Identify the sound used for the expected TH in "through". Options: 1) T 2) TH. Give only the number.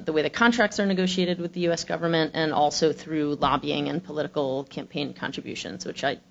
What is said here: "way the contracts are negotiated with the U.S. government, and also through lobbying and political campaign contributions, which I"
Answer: 2